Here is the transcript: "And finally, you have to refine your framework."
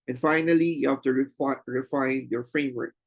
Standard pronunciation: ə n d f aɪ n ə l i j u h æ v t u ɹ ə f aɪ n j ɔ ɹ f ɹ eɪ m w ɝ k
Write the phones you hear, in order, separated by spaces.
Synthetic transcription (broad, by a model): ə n f aɪ n ə l i j u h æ f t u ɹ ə f aɪ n j ɔ ɹ f ɹ eɪ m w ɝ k